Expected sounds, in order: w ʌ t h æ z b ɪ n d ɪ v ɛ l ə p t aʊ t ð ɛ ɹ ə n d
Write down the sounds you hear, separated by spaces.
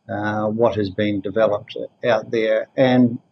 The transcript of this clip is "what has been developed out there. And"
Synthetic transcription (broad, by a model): w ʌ t h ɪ z b ɪ n d ɪ v ɛ l ə p t aʊ t ð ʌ ɹ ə n